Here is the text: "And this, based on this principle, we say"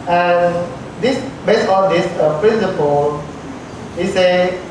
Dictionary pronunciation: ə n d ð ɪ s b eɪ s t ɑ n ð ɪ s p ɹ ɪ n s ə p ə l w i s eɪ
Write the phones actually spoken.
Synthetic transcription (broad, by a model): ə n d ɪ s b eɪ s ɑ n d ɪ s p ɹ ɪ n s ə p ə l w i s eɪ